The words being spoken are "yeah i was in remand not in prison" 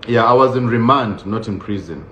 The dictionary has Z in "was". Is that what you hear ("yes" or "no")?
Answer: yes